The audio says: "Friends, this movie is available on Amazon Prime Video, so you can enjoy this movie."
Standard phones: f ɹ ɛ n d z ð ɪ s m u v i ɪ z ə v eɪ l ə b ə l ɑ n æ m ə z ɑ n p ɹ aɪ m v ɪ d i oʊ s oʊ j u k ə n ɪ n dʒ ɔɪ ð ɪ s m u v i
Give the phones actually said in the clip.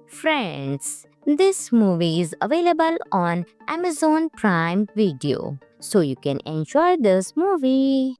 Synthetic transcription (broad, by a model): f ɹ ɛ n d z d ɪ s m u v i ɪ z ə v eɪ l ə b ə l ɑ n æ m ə z ɑ n p ɹ aɪ m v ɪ d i oʊ s oʊ j u k ə n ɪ n ʃ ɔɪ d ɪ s m u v i